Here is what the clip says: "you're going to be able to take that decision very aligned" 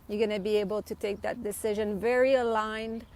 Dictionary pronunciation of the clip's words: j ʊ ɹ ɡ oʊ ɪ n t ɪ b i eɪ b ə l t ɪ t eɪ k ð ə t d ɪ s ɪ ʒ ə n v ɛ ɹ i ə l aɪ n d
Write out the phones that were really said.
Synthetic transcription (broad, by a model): j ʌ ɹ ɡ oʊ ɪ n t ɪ b i eɪ b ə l t ɪ t eɪ k ð ə t d ɪ s ɪ ʒ ə n v ɛ ɹ i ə l aɪ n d